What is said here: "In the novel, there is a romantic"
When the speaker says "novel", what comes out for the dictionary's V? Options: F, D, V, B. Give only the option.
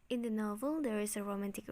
V